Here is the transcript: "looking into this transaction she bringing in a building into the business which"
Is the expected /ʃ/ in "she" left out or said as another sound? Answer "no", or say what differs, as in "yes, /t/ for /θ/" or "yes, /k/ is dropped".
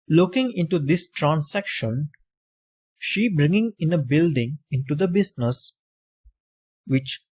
no